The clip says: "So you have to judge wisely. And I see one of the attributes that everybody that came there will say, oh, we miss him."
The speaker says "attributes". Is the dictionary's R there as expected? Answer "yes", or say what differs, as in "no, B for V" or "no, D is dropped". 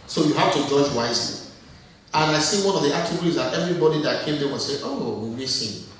no, R is dropped